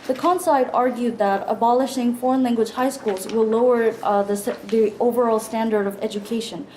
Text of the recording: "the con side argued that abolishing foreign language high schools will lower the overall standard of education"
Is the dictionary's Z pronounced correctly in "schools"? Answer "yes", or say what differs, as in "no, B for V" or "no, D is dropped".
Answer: yes